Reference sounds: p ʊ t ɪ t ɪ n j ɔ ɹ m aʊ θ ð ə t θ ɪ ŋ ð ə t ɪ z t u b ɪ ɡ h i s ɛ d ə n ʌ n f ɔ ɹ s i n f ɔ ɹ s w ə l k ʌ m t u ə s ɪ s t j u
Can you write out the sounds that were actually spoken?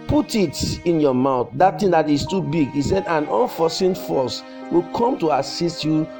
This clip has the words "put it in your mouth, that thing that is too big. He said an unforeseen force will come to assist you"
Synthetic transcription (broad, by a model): p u t ɪ t ɪ n j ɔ m aʊ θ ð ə t t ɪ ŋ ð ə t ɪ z t u b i ɡ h i s ɛ d ə n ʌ n f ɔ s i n f ɔ s w ə l k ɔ m t u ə s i s t j u